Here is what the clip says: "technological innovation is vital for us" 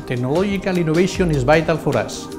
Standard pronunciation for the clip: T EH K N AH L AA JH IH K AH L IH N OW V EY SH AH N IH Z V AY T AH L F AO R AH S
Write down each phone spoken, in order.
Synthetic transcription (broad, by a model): T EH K N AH L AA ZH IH K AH L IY N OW B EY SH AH N IH Z B AY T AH L F AO R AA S